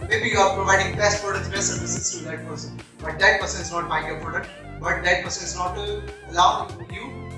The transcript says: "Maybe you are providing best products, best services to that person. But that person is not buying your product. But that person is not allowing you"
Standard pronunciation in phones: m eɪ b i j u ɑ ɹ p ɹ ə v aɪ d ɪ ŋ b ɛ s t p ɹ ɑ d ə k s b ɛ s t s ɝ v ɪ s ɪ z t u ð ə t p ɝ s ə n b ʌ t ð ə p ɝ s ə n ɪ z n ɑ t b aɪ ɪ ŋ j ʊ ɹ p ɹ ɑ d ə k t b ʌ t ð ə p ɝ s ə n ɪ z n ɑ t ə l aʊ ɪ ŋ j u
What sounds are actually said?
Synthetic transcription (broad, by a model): m eɪ b i j u ɑ ɹ p ɹ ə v aɪ d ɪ ŋ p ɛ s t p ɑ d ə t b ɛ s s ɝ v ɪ s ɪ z t u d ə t p ɝ s ə n b ʌ t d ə p ɝ s ə n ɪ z n ɑ t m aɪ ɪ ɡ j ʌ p ɑ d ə t b ʌ t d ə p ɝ s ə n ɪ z n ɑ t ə l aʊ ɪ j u